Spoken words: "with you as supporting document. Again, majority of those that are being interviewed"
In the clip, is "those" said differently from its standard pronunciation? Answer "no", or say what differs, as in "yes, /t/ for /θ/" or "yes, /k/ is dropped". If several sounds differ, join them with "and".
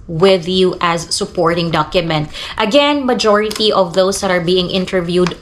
yes, /s/ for /z/